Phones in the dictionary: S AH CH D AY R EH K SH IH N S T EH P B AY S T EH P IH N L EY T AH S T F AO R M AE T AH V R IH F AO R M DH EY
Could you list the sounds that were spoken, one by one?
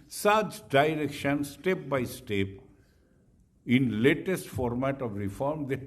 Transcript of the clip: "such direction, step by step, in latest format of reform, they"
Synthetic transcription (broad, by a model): S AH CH D AY R EH K SH IH N S T EH P B AY S T EH P IH N L EY T AH S T F AO R M AE T AH V R IH F AO R M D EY